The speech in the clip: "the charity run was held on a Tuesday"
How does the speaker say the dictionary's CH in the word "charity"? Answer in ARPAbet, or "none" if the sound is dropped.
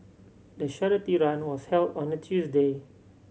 SH